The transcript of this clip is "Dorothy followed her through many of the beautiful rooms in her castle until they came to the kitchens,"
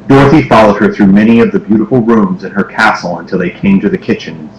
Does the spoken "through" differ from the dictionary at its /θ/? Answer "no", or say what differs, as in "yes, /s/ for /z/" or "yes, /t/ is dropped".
no